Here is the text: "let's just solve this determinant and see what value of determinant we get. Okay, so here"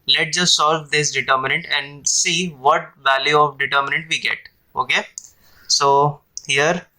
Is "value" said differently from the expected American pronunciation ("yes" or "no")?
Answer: no